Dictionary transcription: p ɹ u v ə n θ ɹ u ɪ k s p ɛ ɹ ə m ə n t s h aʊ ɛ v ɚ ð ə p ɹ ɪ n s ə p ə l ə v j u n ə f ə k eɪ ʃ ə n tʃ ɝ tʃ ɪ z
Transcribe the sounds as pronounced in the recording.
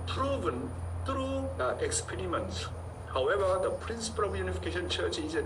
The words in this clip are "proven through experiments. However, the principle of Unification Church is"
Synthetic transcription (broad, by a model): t ɹ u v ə n t ɹ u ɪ k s p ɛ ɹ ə m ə n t s h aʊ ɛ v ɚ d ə p ɹ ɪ n s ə p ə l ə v j u n ə f ə k eɪ ʃ ə n tʃ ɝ tʃ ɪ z